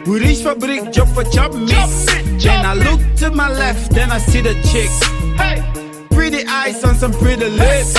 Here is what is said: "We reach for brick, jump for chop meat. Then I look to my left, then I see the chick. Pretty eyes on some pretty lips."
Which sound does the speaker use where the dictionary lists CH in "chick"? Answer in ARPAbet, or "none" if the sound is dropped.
CH